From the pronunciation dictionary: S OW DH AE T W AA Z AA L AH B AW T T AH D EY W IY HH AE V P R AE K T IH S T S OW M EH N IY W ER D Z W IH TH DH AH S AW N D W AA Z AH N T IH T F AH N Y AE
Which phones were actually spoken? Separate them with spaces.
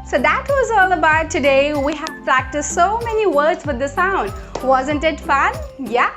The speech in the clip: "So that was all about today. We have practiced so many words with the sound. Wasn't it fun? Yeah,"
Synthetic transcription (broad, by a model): S OW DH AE T W AA Z AA L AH B AW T T AH D EY W IY HH AE V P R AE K T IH S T S OW M EH N IY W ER D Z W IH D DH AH S AW N D W AA Z AH N T IH T F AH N Y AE